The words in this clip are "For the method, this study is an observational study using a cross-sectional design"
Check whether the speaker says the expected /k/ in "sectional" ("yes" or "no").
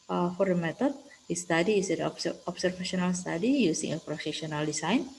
no